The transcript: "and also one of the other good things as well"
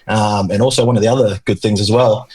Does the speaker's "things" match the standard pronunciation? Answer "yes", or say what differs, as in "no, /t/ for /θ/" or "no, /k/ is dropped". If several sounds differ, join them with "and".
yes